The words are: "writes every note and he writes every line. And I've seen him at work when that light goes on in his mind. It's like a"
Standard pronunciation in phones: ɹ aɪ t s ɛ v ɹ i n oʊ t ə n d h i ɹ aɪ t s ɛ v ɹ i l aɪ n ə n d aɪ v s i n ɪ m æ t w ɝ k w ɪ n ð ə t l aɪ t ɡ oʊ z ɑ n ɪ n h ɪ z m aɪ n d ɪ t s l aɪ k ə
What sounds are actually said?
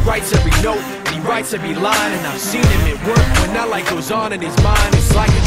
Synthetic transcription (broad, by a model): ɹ aɪ t s ɛ v ɹ i n oʊ ə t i ɹ aɪ t s ɛ v ɹ i l aɪ n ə n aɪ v s i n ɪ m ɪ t w ɝ k w ɪ n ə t l aɪ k ɡ oʊ z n ɪ n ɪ z m aɪ n d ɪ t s l aɪ k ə